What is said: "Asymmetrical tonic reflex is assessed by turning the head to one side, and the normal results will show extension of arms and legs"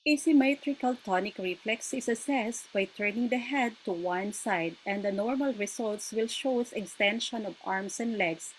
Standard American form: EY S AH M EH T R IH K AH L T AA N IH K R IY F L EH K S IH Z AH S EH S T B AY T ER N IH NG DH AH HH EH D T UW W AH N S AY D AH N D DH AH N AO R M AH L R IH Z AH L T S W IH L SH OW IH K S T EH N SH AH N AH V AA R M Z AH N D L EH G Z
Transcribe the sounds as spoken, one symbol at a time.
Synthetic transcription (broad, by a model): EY S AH M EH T R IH K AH L T AA N IH K R IY F L EH K S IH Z AH S EH S T B AY T ER N IH NG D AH HH EH D T UW W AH N S AY D AH N D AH N AO R M AH L R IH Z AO L T S W IH L SH OW IH K S T EH N SH AH N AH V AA R M S AH N D L EH G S